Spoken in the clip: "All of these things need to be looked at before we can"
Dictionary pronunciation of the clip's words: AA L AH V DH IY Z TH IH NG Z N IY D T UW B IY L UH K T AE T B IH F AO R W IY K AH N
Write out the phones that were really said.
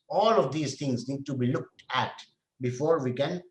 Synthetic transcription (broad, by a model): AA L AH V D IY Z T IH NG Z N IY D T UW B IY L UH K T AE T B IH F AO R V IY K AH N